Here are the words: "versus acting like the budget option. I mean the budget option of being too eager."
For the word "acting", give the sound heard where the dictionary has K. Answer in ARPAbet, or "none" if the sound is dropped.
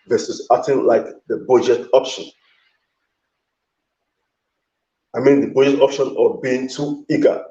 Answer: none